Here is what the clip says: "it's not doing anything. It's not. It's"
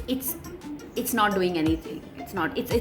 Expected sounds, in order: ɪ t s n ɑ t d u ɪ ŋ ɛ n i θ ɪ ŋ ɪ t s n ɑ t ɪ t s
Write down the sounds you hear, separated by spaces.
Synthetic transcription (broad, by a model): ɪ t s n ɑ t d u ɪ ŋ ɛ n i t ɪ ŋ ɪ t s n ɑ t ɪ t s